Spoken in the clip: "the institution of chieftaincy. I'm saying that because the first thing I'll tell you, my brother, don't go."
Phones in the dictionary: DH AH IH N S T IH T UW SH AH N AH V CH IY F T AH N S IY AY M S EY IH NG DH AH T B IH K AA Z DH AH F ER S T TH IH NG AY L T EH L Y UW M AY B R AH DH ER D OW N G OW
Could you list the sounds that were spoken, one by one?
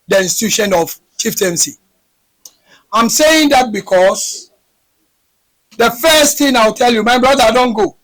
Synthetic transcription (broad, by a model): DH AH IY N S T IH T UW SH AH N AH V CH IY F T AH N S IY AY M S EY IH NG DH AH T B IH K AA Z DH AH F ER S T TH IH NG AY W T EH L Y UW M AY B R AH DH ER D OW N G OW